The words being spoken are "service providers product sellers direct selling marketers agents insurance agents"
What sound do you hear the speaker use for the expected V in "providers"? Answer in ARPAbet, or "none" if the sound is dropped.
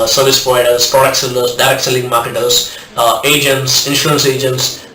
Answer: none